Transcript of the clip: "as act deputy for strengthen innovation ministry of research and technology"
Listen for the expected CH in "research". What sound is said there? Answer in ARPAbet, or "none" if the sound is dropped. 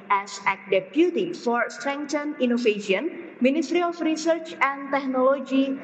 CH